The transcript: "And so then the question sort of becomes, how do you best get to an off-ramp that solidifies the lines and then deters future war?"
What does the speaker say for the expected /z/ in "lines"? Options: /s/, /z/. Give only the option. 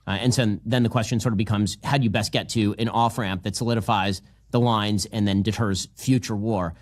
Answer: /z/